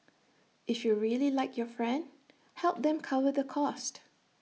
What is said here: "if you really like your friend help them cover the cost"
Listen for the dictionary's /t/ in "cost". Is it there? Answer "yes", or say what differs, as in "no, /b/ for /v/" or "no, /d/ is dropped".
yes